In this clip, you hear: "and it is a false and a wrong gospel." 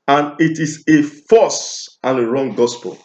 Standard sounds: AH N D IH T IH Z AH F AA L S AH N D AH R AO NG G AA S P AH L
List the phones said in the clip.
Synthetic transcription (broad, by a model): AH N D IH T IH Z AH F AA S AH N AH R AO NG G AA S P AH L